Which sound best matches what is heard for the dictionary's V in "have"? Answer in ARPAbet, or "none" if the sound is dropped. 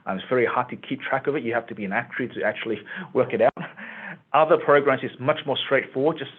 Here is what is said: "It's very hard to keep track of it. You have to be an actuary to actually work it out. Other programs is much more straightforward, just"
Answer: F